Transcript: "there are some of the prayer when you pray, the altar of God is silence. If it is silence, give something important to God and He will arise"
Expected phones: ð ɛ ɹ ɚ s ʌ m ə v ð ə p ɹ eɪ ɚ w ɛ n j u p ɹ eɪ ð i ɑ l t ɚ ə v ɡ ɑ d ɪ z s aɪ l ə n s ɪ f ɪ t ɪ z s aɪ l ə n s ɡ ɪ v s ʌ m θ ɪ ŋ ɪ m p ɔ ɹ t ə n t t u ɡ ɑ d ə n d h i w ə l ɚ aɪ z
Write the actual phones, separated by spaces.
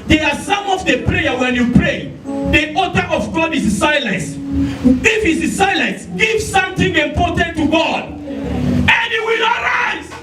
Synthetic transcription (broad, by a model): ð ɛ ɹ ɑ s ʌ m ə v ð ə p ɹ eɪ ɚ w ɛ n j u p ɹ eɪ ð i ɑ t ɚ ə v ɡ ɑ d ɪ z s aɪ l ə n s ɪ f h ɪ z s aɪ l ə n s ɡ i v s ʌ m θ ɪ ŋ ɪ m p ɔ t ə n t t u ɡ ɑ d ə n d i w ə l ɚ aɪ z